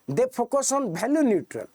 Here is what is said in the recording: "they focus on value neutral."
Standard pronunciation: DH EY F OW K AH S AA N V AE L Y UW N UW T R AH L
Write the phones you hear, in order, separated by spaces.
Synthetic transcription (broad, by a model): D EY P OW K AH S AA N B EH L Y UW N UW T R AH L